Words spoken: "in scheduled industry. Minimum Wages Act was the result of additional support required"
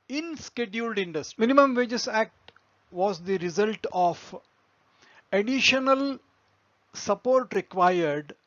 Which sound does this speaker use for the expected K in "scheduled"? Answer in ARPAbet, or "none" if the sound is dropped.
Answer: K